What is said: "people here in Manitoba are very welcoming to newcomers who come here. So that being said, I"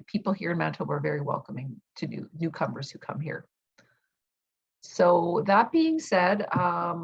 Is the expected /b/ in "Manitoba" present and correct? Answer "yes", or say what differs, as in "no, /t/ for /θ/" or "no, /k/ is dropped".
no, /b/ is dropped